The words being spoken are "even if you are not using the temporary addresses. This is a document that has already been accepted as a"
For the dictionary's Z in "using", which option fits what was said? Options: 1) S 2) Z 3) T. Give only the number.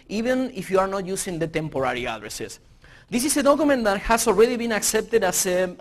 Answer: 1